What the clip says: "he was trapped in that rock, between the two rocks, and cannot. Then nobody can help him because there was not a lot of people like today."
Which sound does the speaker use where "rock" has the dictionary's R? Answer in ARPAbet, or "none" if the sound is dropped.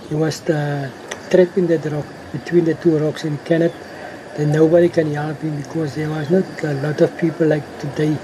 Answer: R